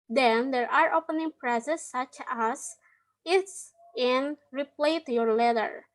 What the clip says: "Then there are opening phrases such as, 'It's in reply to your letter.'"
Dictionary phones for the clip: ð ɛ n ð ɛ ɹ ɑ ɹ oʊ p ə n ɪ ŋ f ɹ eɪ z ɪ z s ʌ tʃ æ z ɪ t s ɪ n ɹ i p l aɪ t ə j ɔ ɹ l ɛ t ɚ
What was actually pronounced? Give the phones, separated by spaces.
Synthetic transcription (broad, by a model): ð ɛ n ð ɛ ɹ ɑ ɹ oʊ p ə n ɪ ŋ p ɹ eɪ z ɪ s ʌ tʃ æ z ɪ t s ɪ n ɹ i p l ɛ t j ɔ ɹ l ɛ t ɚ